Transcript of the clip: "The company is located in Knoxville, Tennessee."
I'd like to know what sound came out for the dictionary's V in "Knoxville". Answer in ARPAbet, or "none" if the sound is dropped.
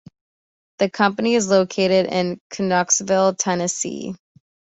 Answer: V